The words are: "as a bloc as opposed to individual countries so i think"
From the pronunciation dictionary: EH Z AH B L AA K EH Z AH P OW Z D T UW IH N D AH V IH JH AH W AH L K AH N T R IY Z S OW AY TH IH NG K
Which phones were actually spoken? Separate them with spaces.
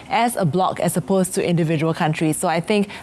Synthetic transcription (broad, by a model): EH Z AH B L AA K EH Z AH P OW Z T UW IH N D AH V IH JH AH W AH L K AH N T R IY S OW AY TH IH NG K